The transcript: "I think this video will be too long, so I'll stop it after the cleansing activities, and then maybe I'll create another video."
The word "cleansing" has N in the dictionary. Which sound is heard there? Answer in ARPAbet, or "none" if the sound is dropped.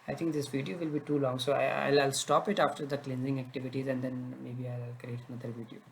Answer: N